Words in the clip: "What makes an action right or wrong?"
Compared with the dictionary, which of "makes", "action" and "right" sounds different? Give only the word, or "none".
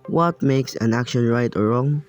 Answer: none